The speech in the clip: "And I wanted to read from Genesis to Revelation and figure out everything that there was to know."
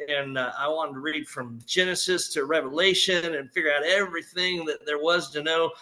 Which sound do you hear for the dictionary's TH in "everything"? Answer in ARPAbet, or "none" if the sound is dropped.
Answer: TH